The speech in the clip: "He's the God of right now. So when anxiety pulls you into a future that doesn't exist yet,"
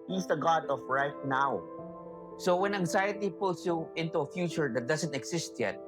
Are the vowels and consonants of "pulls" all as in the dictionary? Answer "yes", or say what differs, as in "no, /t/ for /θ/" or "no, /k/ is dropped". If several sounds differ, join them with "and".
no, /s/ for /z/